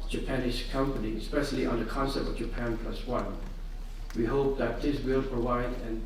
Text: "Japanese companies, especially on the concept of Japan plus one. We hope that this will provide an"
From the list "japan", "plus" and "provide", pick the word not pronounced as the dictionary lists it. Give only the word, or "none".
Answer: none